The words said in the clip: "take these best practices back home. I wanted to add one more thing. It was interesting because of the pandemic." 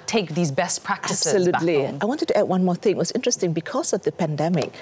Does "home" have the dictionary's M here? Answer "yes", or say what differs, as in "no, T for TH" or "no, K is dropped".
no, M is dropped